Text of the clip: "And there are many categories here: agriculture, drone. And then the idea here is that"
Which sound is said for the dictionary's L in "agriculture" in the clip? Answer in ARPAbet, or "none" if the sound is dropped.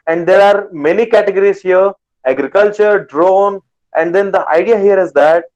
L